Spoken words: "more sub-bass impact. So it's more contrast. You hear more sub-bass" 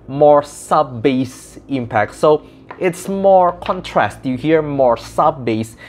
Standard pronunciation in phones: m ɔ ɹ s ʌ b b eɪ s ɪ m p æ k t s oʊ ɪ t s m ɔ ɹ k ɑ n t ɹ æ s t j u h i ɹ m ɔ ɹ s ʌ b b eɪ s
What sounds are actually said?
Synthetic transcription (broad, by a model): m ɔ ɹ s ʌ b b eɪ s ɪ m p æ k t s oʊ ɪ t s m ɔ ɹ k ɑ n t ɹ æ s t j u h i ɹ m ɔ ɹ s ʌ b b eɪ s